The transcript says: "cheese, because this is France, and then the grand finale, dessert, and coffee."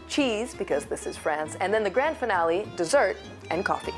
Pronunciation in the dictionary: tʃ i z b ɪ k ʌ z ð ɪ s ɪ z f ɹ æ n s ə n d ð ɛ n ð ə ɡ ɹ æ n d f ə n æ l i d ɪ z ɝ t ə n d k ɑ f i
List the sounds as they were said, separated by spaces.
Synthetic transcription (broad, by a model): tʃ i z b ɪ k ʌ z ð ɪ s ɪ z f ɹ æ n s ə n ð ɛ n ð ə ɡ ɹ æ n d f ə n æ l i d ɪ z ɝ t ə n k ɑ f i